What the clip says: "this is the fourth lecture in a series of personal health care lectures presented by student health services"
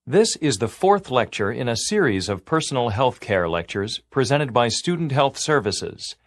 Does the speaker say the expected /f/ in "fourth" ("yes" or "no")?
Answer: yes